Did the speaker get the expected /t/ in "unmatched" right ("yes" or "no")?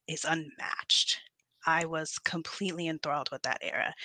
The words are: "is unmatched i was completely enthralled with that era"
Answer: yes